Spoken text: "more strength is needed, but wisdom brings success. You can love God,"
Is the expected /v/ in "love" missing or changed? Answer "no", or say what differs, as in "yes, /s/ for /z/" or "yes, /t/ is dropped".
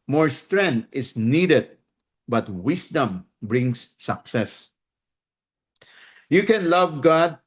no